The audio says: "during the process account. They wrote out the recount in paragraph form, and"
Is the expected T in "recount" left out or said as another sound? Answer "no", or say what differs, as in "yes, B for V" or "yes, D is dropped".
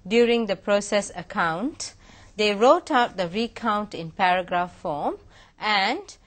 no